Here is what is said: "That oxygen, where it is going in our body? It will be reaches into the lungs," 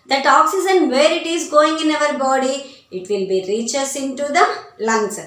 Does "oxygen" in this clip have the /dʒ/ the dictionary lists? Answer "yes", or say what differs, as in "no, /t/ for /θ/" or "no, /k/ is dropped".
no, /z/ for /dʒ/